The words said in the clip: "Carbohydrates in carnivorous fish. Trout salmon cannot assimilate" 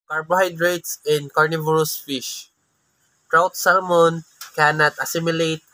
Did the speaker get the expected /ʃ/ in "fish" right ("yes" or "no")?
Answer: yes